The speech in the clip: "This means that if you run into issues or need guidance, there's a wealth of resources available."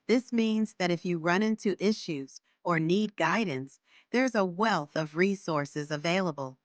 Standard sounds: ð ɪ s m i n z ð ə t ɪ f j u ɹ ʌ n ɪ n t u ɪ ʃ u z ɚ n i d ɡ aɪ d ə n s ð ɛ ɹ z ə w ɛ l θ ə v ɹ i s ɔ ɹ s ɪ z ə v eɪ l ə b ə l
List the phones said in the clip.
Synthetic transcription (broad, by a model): ð ɪ s m i n z ð ə t ɪ f j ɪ ɹ ʌ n ɪ n t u ɪ ʃ u z ɚ n i d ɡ aɪ d n s ð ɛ ɹ z ə w ɛ l θ ə v ɹ i s ɔ ɹ s ɪ z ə v eɪ l ə b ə l